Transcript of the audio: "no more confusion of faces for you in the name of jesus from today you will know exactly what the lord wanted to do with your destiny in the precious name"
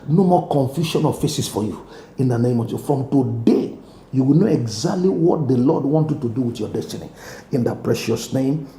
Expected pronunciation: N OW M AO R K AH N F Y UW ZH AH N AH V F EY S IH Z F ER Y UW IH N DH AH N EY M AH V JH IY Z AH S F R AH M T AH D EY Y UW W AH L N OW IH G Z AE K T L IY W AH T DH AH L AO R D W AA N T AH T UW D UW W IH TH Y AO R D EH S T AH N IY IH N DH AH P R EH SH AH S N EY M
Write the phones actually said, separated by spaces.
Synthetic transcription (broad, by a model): N OW M AO K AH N F Y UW SH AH N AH F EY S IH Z F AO Y UW IH N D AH N EY M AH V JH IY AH F R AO M T AH D EY Y UW W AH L N OW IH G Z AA K T L IY W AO T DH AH L AO D W AA N T AH T UW D UW W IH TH Y AO D EH S T AH N IY IH N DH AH P R EH SH AH S N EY M